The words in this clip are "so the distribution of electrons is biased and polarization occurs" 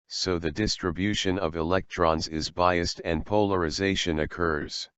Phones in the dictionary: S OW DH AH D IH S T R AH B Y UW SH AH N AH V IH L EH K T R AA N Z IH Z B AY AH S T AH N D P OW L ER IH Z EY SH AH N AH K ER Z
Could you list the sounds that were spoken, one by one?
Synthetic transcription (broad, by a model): S OW DH AH D IH S T R AH B Y UW SH AH N AH V IH L EH K T R AA N Z IH Z B AY AH S T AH N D P OW L ER IH Z EY SH AH N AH K ER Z